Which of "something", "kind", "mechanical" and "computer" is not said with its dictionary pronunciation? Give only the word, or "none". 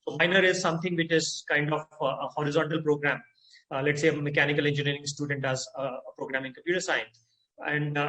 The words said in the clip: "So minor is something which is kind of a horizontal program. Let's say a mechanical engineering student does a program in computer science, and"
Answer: something